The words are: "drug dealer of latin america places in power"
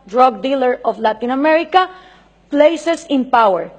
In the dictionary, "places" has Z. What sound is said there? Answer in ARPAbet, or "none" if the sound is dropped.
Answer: S